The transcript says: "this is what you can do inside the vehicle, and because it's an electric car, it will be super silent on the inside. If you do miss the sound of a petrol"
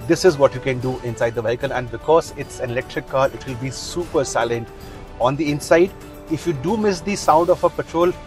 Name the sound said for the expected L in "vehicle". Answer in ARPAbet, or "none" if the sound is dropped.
N